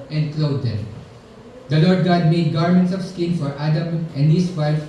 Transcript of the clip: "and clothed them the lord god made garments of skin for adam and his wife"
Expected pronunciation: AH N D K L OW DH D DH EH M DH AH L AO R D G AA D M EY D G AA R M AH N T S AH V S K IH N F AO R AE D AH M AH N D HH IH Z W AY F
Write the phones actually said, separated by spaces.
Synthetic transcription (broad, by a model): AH N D K L OW D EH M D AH L AO R D G AA D M EY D G AA R M AH N T S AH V S K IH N F AO R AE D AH M AH N D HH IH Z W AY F